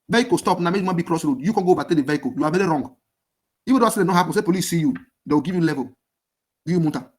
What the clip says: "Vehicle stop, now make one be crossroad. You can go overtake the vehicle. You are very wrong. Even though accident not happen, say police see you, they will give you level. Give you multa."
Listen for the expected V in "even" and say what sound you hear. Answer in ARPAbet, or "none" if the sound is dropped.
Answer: F